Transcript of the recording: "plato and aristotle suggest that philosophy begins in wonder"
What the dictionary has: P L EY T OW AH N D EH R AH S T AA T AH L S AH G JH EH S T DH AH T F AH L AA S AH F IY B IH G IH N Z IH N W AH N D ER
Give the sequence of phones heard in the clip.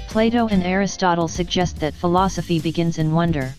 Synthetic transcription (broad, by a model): P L EY T OW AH N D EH R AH S T AA T L S AH G JH EH S T DH AH T F AH L AA S AH F IY B IH G IH N Z IH N W AH N D ER